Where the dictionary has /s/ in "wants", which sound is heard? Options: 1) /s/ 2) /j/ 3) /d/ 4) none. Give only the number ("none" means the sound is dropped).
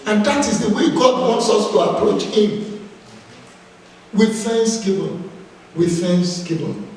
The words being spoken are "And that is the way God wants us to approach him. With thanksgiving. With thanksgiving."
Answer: 1